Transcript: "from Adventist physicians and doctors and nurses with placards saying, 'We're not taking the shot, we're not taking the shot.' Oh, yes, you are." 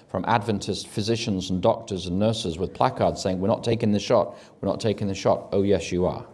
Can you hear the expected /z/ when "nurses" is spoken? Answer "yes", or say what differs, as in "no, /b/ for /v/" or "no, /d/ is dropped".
yes